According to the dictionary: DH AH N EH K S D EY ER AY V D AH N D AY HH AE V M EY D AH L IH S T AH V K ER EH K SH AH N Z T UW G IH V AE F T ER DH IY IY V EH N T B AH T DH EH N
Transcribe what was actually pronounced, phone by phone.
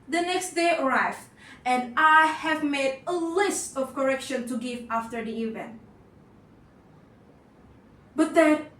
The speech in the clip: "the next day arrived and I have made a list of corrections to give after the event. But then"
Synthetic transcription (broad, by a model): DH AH N EH K S D EY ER AY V AH N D AY HH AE V M EY D AH L IH S T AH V K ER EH K SH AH N T UW G IH V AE F T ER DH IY IY V EH N T B AH T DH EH